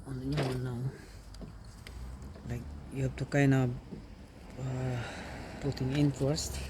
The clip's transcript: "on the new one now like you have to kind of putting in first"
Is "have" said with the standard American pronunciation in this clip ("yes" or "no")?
no